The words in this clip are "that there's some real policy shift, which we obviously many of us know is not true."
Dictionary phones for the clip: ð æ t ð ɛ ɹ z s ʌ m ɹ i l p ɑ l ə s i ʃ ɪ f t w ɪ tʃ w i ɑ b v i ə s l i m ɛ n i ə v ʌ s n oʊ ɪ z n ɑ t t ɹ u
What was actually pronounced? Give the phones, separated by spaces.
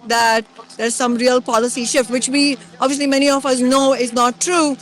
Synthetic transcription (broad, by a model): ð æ t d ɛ ɹ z s ʌ m ɹ i l p ɑ l ə s i ʃ ɪ f t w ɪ tʃ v i ɑ b v i ə s l i m ɛ n i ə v ʌ s n oʊ ɪ z n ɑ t t ɹ u